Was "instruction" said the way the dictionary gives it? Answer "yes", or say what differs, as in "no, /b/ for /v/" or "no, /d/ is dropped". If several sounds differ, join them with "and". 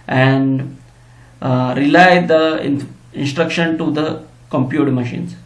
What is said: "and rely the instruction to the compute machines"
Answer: yes